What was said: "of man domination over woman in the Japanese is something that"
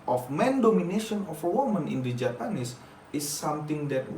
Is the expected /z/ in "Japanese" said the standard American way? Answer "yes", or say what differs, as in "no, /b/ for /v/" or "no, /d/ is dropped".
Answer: no, /s/ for /z/